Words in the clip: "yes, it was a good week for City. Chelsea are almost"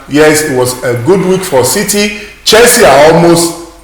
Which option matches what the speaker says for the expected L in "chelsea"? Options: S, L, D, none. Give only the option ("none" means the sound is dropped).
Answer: none